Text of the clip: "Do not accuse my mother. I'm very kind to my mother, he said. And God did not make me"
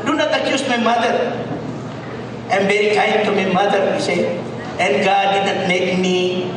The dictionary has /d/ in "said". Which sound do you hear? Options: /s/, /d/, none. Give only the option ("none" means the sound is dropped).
none